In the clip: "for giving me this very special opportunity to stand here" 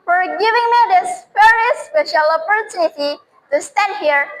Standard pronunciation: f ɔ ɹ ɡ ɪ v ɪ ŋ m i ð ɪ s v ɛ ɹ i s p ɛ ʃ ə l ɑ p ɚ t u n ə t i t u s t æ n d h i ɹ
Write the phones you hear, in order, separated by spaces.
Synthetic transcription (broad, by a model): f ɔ ɹ ɡ ɪ v ɪ ŋ m i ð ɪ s f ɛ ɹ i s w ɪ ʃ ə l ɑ p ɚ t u n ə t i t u s t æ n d h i ɹ